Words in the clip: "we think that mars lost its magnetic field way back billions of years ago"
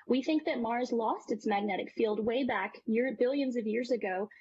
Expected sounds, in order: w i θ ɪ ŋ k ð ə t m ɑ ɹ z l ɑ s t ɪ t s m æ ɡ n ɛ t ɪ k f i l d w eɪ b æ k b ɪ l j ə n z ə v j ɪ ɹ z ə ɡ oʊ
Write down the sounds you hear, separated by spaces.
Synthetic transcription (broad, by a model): w i θ ɪ ŋ k ð ə t m ɑ ɹ z l ɑ s t ɪ t s m æ ɡ n ɛ t ɪ k f i l d w eɪ b æ k b ɪ l j ə n z ə v j ɪ ɹ z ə ɡ oʊ